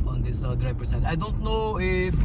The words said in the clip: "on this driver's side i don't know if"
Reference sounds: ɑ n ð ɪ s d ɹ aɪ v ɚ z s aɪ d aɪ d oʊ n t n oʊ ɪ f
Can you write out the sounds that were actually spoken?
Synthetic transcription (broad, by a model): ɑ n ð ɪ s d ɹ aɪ p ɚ s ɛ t aɪ d oʊ n t n oʊ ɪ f